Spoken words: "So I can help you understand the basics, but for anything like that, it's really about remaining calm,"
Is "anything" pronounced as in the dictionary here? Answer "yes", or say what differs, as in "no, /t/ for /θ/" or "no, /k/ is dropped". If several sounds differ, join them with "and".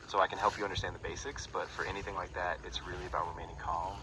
yes